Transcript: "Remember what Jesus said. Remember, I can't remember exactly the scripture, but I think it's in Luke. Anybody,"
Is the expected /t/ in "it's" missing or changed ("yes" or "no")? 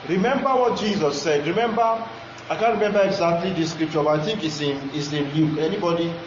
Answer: yes